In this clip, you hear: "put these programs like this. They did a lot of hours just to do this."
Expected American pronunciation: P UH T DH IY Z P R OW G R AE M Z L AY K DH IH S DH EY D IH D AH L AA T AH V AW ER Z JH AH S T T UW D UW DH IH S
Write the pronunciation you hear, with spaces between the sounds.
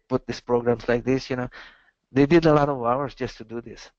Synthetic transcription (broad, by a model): P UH T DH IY S P R OW G R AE M S L AY K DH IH S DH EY D IH D AH L AA T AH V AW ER S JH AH S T T UW D UW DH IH S